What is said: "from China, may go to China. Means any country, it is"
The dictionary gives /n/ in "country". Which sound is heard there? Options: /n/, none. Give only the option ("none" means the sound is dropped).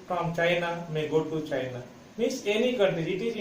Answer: none